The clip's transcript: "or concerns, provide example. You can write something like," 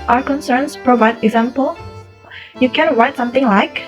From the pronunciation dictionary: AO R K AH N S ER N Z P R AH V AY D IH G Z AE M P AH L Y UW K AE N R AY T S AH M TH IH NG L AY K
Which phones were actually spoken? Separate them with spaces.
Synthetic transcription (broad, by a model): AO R K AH N S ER N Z P R AH V AY D IH G Z AE M P AH L Y UW K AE N R AY T S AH M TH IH NG L AY K